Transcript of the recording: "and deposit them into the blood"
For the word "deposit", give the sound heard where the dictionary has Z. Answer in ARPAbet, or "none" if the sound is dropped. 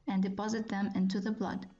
Z